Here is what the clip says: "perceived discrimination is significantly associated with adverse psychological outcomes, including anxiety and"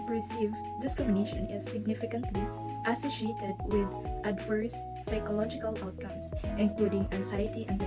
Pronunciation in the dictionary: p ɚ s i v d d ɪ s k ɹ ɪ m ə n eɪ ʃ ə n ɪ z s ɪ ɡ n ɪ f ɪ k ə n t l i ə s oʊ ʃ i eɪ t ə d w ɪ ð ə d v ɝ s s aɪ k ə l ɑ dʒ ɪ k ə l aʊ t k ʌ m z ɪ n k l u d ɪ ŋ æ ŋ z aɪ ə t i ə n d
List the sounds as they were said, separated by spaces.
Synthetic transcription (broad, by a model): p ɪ s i v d d ɪ s k ɹ ɪ m ə n eɪ ʃ ə n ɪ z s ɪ ɡ n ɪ f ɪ k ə n t l i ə s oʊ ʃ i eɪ t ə d w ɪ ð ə d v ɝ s s aɪ k ə l ɑ dʒ ɪ k ə l aʊ t k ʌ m s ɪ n k l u d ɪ ŋ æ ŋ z aɪ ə t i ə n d